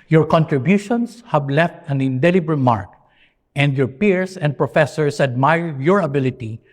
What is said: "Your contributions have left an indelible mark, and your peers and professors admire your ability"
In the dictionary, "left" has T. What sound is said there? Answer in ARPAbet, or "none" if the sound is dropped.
T